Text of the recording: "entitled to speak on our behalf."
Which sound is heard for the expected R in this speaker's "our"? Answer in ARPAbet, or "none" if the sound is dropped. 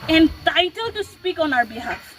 R